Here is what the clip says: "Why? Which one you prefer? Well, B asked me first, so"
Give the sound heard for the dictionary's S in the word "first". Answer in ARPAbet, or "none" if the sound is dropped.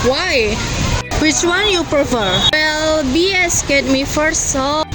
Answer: none